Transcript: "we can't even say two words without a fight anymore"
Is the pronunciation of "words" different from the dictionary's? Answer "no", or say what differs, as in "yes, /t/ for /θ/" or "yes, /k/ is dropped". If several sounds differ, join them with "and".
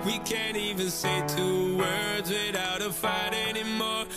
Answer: no